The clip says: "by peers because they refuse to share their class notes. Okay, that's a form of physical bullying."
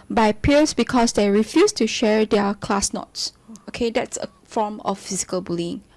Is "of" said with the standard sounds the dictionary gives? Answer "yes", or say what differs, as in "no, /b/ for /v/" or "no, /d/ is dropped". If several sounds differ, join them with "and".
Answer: no, /f/ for /v/